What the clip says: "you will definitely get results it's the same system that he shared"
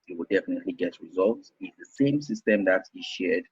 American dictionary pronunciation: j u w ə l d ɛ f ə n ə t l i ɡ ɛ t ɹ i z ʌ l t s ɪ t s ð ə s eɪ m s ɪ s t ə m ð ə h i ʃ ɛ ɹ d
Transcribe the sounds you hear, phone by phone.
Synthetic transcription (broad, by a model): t w ə l d ɛ f ə n ə t l i ɡ ɛ t ɹ i z ʌ l t s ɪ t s ð ə s eɪ m s ɪ s t ə m ð ə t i ʃ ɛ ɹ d